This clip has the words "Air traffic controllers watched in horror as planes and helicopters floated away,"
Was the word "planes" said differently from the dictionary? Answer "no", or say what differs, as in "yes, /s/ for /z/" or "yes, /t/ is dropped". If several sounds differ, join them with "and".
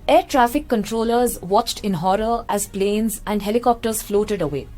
no